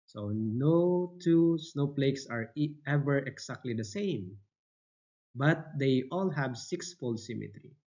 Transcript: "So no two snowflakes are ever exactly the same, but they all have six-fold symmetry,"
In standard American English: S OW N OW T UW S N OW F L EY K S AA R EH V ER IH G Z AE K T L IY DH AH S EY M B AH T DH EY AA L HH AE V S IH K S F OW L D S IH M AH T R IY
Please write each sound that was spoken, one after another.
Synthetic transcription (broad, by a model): S OW N OW T UW S N OW P L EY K S AA R EH V ER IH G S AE K T L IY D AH S EY M B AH T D EY AA L HH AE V S IH K S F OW L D S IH M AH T R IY